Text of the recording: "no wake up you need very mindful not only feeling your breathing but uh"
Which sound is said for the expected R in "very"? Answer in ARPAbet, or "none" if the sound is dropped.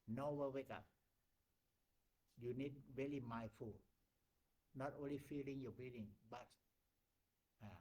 L